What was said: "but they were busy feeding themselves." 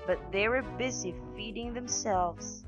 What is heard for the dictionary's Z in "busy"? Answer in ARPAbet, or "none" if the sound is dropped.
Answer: Z